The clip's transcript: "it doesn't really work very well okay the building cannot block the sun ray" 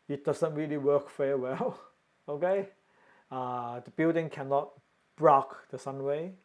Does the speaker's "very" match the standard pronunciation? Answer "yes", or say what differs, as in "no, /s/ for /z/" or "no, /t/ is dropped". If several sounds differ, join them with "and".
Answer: no, /f/ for /v/